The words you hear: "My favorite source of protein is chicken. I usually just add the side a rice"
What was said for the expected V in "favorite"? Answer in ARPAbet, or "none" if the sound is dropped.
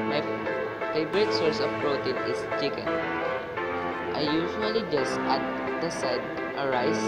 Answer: B